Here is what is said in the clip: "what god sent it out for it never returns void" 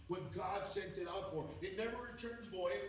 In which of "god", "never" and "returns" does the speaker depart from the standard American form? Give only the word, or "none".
none